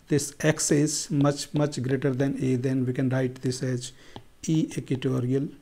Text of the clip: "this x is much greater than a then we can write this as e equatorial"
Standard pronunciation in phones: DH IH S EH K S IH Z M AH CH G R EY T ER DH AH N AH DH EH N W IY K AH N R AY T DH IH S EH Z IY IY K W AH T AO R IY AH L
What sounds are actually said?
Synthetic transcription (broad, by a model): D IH S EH K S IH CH M AH CH G R EY T ER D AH N AH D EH N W IY K AH N R AY T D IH S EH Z IY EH K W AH T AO R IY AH L